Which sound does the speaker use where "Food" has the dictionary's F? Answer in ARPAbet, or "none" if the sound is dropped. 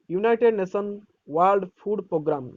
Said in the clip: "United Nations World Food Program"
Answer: P